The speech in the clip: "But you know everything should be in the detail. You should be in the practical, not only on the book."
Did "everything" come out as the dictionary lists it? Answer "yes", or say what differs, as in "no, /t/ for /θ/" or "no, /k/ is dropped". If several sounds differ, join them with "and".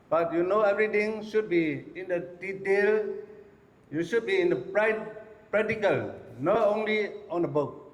no, /t/ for /θ/